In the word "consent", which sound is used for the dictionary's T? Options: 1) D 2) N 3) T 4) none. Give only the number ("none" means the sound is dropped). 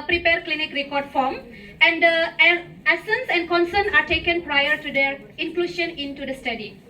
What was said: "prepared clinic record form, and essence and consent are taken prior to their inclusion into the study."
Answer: 4